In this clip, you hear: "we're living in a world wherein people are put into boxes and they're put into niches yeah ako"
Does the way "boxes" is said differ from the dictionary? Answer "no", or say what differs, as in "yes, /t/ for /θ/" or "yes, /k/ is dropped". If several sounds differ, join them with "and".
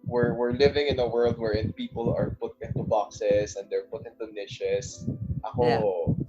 yes, /s/ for /z/